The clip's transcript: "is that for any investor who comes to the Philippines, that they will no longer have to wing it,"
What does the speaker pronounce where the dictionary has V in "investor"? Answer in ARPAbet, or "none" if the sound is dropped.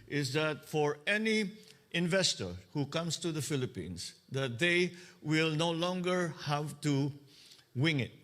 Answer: V